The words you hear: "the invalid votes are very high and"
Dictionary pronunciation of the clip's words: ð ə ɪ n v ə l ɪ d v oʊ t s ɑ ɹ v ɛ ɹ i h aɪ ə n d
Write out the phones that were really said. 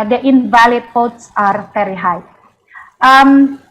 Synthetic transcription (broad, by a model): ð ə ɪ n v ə l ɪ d p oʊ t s ɑ ɹ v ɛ ɹ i h aɪ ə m